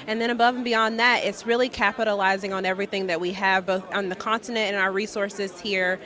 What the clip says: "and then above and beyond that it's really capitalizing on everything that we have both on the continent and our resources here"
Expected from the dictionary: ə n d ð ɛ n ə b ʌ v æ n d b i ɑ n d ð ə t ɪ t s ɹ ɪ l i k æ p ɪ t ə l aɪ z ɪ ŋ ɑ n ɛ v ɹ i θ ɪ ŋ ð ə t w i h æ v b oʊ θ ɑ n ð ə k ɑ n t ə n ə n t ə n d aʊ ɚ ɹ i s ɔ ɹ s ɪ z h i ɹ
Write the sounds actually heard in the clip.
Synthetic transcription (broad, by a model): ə n ð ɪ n ə b ʌ v n b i ɑ n ð ə t ɪ t s ɹ ɪ l i k æ p ɪ t ə l aɪ z ɪ ŋ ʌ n ɛ v ɹ i θ ɪ ŋ ð ə t w i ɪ v b oʊ θ n ð ə k ɑ n t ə n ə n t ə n aʊ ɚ ɹ i s ɔ ɹ s ɪ z h i ɹ